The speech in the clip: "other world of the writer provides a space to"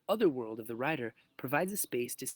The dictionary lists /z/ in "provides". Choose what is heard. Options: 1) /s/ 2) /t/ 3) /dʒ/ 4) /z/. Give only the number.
4